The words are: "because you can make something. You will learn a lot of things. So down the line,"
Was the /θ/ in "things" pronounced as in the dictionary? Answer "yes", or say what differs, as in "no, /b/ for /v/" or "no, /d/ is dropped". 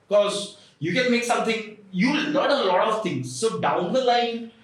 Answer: no, /t/ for /θ/